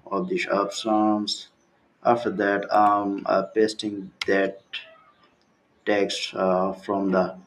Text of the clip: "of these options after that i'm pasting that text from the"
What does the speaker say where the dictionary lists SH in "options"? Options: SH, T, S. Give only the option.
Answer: S